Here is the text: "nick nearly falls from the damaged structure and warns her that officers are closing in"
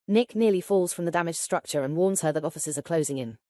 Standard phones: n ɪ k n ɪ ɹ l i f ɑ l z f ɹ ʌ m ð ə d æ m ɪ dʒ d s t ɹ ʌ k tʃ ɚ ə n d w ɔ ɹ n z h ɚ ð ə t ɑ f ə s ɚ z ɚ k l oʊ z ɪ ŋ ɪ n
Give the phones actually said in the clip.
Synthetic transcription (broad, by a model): n ɪ k n ɪ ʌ l i f ɑ l z f ɹ ʌ m ð ə d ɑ m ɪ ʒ s t ɹ ʌ k tʃ ɚ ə n w ɔ n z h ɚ ð ə t ɑ f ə s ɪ z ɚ k l oʊ z ɪ ŋ ɪ n